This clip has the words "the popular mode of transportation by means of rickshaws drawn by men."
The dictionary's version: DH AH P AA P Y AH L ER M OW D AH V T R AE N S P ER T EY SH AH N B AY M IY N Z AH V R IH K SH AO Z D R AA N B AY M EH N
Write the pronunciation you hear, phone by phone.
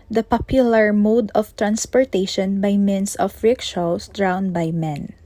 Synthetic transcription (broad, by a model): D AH P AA P Y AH L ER M OW D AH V T R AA N S P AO T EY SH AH N B AY M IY N S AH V R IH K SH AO S D R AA N B AY M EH N